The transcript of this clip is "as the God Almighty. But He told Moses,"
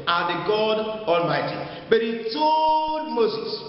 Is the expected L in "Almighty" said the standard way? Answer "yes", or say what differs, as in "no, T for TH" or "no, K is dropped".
yes